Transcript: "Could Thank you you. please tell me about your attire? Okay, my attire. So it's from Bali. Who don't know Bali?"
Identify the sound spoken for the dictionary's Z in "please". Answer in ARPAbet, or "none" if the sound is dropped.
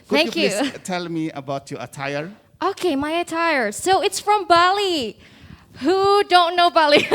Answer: none